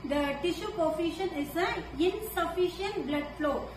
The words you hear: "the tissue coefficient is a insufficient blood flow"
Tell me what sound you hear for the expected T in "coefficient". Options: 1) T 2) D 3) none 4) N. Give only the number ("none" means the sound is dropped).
3